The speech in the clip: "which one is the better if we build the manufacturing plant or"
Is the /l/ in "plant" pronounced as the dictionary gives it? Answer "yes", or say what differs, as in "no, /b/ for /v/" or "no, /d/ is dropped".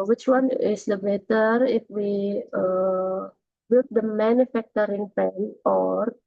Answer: no, /l/ is dropped